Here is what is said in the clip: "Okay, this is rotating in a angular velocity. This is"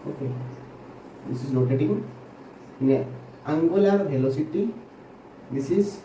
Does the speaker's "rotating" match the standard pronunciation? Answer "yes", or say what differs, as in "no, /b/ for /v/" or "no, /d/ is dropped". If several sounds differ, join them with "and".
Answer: no, /l/ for /ɹ/